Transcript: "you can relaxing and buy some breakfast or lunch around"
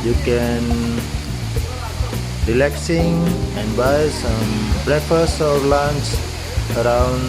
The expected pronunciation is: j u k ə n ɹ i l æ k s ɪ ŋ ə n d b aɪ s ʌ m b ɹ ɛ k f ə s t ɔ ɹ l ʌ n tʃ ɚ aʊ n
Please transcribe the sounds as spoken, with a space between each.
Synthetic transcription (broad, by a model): j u k ə n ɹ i l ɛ k s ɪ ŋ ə n b aɪ s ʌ m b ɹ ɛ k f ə s ɔ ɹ l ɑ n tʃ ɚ aʊ n